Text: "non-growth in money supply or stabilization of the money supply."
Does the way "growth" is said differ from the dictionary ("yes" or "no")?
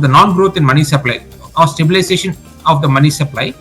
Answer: yes